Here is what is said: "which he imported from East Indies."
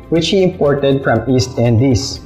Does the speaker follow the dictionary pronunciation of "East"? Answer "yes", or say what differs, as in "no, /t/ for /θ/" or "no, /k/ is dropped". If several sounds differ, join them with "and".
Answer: yes